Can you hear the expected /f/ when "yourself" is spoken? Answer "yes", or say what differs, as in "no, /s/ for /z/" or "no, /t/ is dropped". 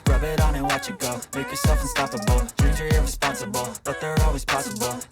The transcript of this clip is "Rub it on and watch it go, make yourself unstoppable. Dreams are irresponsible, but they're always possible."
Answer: yes